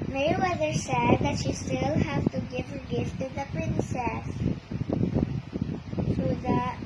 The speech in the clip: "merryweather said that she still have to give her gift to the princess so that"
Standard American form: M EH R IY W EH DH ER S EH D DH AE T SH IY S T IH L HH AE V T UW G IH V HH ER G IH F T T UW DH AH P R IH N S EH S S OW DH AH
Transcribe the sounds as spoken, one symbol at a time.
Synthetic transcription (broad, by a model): M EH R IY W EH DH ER S EH D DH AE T SH IY S T IH L HH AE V T UW G IH V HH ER G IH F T T UW DH AH P R IH N S EH S TH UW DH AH